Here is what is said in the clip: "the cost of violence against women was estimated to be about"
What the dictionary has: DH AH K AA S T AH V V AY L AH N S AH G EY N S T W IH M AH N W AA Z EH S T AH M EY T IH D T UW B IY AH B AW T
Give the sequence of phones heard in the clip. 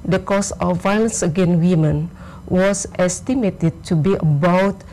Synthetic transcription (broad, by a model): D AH K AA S AH F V AY L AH N S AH G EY N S W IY M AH N W AA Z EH S T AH M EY T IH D T UW B IY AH B AW T